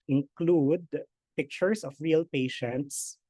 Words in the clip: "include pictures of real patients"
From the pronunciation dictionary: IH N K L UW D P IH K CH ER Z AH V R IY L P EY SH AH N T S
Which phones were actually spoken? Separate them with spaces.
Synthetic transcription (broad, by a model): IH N K L UW D P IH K CH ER S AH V R IY L P EY SH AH N T S